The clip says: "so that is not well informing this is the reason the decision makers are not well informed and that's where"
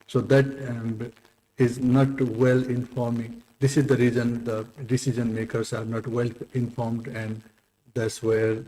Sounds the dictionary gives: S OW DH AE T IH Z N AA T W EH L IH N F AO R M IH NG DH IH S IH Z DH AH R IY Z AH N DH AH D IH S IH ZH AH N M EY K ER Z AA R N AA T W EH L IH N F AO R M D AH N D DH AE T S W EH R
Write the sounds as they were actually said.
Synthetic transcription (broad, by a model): S OW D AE T IH Z N AA T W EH L IH N F AO R M IH NG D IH S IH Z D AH R IY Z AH N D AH D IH S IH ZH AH N M EY K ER S AA R N AA T W EH L IH N F AO R M D AH N D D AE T S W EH R